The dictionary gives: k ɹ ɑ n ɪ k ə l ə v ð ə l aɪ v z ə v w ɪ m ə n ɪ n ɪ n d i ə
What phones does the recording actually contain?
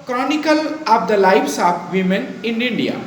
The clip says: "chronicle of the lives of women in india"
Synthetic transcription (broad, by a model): k ɹ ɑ n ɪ k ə l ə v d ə l aɪ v s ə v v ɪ m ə n ɪ n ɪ n d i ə